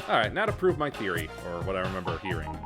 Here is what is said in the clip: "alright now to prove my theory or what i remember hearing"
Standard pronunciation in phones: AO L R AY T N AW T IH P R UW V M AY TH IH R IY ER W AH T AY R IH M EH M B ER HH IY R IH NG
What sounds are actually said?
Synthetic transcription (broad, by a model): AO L R AY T N AW T IH P R UW V M AY TH IH R IY ER W AH T AY R IH M EH M B ER HH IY R IH NG